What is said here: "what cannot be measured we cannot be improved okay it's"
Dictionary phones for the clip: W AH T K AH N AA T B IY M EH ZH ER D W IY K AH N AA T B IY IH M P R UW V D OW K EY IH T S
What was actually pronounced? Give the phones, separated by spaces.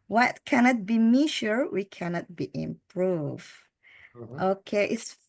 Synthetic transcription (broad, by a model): W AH T K AH N AA T B IY M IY SH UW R W IY K AH N AA T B IY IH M P R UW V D OW K EY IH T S